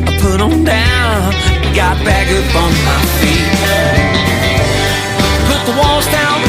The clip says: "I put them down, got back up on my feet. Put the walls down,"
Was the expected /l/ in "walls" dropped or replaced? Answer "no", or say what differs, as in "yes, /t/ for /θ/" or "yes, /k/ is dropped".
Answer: no